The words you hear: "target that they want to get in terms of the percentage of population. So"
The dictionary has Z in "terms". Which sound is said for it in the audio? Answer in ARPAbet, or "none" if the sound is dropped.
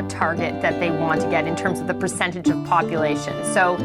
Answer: Z